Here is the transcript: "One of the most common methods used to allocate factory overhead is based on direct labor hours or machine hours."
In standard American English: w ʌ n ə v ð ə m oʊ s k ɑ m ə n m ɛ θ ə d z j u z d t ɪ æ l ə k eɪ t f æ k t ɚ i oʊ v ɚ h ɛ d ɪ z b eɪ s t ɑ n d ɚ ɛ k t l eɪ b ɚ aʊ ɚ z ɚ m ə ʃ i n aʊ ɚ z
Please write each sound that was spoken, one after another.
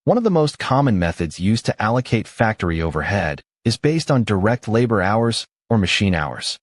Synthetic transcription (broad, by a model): w ʌ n ə v ð ə m oʊ s k ɑ m ə n m ɛ θ ə d z j u z t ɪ æ l ə k eɪ t f æ k t ɚ i oʊ v ɚ h ɛ d ɪ z b eɪ s t n d ɚ ɛ k t l eɪ b ɚ aʊ ɚ z ɚ m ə ʃ i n aʊ ɚ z